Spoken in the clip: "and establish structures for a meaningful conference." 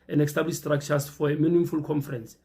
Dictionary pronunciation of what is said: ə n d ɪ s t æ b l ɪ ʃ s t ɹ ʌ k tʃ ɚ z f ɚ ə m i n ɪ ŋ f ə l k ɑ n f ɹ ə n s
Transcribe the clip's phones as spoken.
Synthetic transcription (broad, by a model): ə n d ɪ s t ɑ b l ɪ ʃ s t ɹ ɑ k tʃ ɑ s f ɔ ə m i n ɪ ŋ f ə l k ɑ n f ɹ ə n s